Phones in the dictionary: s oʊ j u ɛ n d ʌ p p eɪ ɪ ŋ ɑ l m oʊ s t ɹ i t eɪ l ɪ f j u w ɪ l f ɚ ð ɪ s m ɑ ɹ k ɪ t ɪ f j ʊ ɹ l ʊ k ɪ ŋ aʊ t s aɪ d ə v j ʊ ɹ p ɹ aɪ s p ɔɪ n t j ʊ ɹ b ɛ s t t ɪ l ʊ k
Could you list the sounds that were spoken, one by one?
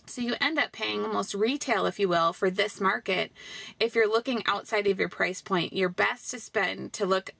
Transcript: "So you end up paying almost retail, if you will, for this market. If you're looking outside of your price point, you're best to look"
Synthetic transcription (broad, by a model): s oʊ j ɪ ɛ n d ʌ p p eɪ ɪ ŋ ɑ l m oʊ s t ɹ i t eɪ l ɪ f j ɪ w ɪ l f ɚ ð ɪ s m ɑ ɹ k ɪ t ɪ f j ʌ ɹ l ʊ k ɪ ŋ aʊ t s aɪ d ə v j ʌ ɹ p ɹ aɪ s p ɔɪ n t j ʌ ɹ b ɛ s t t ɪ l ʊ k